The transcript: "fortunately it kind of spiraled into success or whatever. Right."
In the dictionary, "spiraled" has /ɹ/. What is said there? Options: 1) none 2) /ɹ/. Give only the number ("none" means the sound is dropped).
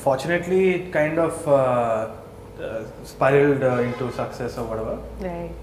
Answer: 1